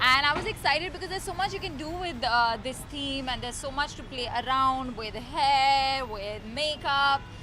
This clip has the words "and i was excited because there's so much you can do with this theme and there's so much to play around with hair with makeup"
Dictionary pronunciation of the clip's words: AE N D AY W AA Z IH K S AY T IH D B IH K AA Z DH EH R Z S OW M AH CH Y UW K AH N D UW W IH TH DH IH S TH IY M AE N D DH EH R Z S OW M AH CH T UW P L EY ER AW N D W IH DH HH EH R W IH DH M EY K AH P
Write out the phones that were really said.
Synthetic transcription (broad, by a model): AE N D AY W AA Z IH K S AY T IH D B IH K AA Z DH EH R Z S OW M AH CH Y UW K AH N D UW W IH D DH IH S T IY M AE N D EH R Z S OW M AH CH T UW P L EY ER AW N D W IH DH HH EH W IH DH M EY K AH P